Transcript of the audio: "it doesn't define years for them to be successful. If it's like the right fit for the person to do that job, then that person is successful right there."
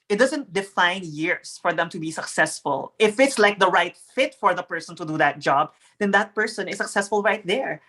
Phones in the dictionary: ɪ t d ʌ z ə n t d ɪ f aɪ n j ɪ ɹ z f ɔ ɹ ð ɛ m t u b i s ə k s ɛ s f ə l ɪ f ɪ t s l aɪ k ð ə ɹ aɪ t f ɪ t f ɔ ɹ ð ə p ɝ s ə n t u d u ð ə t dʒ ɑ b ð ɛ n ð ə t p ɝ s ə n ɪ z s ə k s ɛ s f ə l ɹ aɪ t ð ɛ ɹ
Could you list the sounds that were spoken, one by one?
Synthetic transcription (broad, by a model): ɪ t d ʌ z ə n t d ɪ f aɪ n j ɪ ɹ s f ɔ ɹ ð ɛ m t u b i s ə k s ɛ s f ə l ɪ f ɪ t s l aɪ k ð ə ɹ aɪ t f ɪ t f ɔ ɹ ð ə p ɝ s ə n t u d u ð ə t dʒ ɑ b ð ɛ n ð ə t p ɝ s ə n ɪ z s ə k s ɛ s f ə l ɹ aɪ t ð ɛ ɹ